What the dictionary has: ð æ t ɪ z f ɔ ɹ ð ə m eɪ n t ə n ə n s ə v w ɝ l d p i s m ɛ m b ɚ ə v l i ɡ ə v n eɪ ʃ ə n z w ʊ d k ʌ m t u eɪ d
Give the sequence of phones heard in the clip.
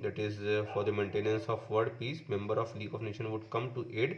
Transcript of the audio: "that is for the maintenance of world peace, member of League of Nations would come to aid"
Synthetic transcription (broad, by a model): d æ t ɪ z f ɔ ɹ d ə m eɪ n t ə n ə n s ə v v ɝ d p i s m ɛ m b ɚ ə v l i ɡ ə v n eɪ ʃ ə n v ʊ d k ʌ m t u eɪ d